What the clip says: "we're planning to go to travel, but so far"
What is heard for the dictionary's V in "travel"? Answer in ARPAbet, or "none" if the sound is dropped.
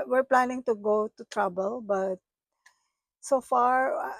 B